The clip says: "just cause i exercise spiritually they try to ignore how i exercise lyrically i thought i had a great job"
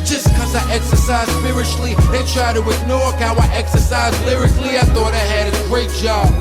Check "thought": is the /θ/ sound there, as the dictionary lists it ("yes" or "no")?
yes